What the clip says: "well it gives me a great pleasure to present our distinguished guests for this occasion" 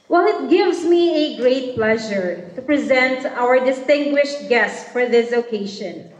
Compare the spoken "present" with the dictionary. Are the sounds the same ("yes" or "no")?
yes